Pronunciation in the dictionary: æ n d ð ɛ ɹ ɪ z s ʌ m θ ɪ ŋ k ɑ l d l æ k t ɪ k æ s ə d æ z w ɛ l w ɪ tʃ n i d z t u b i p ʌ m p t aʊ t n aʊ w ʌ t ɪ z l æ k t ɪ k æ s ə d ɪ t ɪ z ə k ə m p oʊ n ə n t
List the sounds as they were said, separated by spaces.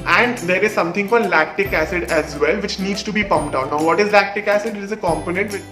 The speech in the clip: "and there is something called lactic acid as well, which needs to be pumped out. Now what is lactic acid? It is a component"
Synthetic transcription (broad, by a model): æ n d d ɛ ɹ ɪ z s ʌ m t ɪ ŋ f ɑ d l æ k t ɪ k æ s ə d æ z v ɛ l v ɪ tʃ n i d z t u b i p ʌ m p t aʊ n aʊ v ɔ t ɪ z l æ k t ɪ k æ s ə d ɪ t ɪ z ə k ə m p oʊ n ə n t